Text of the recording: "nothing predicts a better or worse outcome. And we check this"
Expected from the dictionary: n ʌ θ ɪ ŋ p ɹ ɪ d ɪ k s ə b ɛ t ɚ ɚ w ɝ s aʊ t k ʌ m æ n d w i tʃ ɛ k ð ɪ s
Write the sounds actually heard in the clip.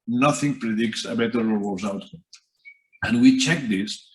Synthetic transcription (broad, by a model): n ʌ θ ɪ ŋ p ɹ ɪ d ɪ k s ə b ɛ t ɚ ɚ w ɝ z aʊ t ʌ n w i tʃ ɛ k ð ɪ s